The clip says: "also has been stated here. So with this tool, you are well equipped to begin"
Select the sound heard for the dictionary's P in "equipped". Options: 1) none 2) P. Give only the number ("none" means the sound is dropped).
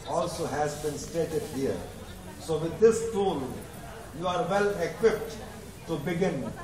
2